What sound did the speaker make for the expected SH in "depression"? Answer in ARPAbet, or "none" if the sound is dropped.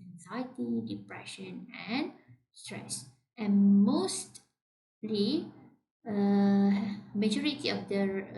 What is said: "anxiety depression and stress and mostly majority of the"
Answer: SH